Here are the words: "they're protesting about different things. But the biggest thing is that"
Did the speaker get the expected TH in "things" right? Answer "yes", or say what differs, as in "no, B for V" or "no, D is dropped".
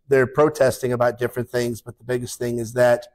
yes